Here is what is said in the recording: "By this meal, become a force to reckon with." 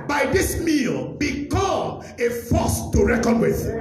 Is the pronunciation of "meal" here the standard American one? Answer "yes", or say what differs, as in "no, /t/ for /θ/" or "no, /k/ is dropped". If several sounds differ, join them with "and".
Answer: yes